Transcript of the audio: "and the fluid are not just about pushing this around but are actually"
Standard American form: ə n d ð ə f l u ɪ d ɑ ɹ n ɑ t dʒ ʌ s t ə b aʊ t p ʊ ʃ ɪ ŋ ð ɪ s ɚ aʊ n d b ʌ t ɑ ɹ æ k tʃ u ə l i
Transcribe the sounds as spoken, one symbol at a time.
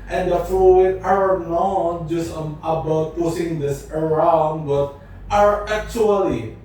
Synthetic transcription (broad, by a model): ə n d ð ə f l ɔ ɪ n ɑ ɹ n ɑ t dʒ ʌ s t ə b aʊ t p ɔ s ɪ ŋ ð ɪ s ɚ aʊ n d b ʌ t ɑ ɹ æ k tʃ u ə l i